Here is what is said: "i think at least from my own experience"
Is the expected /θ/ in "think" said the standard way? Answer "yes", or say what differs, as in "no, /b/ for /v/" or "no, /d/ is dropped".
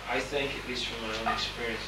yes